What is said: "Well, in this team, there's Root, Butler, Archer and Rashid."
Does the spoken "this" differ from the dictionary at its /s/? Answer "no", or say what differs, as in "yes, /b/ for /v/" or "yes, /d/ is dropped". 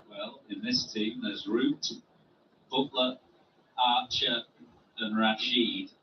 no